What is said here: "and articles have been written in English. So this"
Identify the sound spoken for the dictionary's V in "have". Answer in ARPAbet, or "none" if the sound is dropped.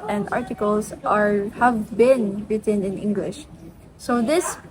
V